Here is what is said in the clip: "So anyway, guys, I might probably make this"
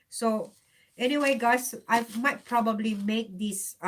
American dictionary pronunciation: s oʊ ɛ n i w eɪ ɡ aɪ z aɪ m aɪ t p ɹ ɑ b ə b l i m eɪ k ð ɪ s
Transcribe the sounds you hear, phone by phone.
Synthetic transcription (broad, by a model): s oʊ ɛ n i w eɪ ɡ aɪ s aɪ m aɪ t p ɹ ɑ b ə b l i m eɪ k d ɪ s